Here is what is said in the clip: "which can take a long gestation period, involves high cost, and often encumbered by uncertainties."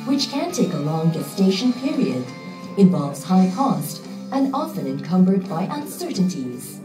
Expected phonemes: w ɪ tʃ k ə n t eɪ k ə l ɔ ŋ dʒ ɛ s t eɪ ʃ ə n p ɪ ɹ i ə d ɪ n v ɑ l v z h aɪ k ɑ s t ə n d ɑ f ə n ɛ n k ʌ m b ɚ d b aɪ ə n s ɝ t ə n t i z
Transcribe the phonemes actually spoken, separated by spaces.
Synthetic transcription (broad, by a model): w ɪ tʃ k ə n t eɪ k ə l ɔ ŋ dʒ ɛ s t eɪ ʃ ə n p ɪ ɹ i ə d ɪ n v ɑ l v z h aɪ k ɑ s t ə n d ɑ f ə n ɛ n k ʌ m b ɚ d b aɪ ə n s ɝ t n t i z